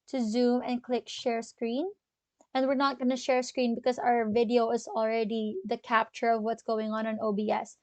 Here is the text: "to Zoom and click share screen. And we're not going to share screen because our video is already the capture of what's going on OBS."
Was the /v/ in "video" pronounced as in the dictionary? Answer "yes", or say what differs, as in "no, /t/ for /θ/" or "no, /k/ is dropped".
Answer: yes